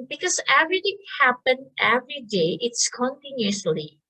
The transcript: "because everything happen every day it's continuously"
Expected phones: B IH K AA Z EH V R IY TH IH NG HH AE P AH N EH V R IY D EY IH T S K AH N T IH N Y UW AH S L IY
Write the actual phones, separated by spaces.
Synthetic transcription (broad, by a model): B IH K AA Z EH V R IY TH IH NG HH AE P AH N EH V R IY D EY IH T S K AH N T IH N Y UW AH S L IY